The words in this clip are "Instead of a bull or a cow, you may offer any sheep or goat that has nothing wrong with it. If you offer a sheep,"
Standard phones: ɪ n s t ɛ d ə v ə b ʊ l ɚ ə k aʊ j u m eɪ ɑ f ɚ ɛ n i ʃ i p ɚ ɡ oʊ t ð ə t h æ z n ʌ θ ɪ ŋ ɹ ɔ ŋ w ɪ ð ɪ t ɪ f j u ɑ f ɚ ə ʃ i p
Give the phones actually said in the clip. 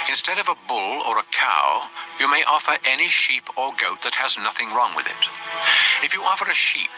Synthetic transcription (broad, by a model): ɪ n s t ɛ d ə v ə b ʊ l ɚ ə k aʊ j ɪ m eɪ ɑ f ɚ ɛ n i ʃ i p ɚ ɡ oʊ t ð ə t h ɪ z n ʌ θ ɪ ŋ ɹ ɔ ŋ w ɪ ð ɪ t ɪ f j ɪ ɑ f ɚ ə ʃ i p